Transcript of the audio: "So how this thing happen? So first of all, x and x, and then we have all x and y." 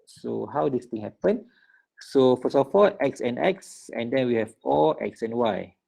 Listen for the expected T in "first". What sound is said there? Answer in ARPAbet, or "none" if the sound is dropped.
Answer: none